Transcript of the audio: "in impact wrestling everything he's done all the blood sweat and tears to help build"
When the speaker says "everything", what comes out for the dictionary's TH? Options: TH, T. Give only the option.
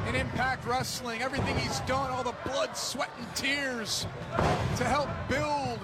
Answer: TH